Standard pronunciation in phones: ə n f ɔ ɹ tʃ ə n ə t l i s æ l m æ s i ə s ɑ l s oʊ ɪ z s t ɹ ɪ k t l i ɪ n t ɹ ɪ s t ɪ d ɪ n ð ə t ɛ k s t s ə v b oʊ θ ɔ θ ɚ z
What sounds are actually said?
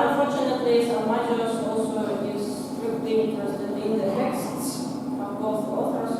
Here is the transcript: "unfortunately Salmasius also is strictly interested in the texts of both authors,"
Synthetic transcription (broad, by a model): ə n f ɔ ɹ tʃ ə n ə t l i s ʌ m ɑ i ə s ɑ l s oʊ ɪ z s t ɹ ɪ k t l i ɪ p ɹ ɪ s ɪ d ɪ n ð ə t ɛ k s t s ə v b oʊ θ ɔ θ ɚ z